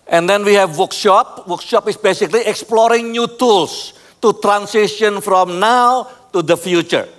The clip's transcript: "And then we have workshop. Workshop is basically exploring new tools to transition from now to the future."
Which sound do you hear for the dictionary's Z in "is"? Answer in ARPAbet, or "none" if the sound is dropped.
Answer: S